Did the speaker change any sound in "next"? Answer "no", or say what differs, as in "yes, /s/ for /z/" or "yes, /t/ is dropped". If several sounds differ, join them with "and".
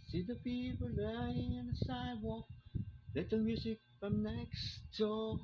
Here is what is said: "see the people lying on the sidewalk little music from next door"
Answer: no